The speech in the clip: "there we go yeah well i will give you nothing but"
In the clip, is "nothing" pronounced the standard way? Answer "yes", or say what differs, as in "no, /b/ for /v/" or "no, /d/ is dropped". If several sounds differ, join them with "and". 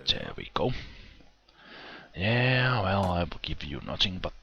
no, /t/ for /θ/